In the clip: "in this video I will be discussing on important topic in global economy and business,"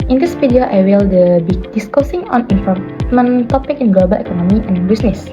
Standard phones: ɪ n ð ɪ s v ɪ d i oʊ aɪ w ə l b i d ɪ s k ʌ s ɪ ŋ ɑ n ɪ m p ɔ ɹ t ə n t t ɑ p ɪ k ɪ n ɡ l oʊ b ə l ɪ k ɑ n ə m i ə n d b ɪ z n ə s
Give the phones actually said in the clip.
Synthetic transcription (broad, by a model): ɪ n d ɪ s f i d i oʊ aɪ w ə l b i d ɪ s k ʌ s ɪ ŋ ɑ n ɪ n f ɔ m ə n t t ɑ p ɪ k ɪ n ɡ l oʊ b ə l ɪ k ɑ n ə m i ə n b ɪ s n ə s